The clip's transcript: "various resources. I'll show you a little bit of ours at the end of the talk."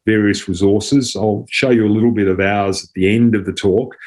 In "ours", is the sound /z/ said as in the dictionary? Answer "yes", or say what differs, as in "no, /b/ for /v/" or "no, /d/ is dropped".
yes